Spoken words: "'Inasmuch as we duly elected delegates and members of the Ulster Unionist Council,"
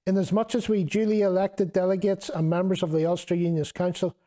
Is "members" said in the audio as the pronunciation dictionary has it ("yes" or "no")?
yes